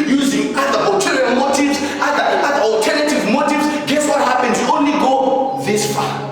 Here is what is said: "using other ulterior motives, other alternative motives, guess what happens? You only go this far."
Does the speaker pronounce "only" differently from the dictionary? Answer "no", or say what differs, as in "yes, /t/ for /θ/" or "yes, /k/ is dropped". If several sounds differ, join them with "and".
no